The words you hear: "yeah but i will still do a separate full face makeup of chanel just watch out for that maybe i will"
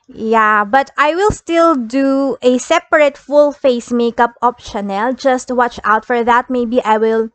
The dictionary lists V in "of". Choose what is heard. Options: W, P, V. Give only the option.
P